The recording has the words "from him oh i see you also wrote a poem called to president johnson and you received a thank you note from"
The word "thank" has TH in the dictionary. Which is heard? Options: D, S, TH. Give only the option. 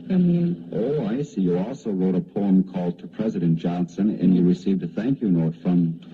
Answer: TH